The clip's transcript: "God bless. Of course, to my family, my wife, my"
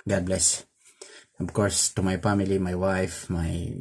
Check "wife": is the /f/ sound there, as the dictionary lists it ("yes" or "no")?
yes